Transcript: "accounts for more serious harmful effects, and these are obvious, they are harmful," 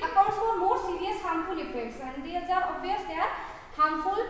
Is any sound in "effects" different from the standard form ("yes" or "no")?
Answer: yes